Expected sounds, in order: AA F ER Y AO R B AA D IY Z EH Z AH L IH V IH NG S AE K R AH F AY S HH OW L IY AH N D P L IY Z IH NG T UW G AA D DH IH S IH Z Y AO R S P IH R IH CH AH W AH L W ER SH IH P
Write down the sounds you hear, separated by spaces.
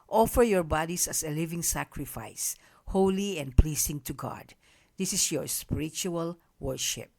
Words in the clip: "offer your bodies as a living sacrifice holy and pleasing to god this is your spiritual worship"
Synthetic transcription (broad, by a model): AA F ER Y AO R B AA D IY S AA S AH L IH V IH NG S AE K R AH F AY S HH OW L IY AH N D P L IY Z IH NG T UW G AA D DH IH S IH S Y AO R S P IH R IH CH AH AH L W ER SH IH P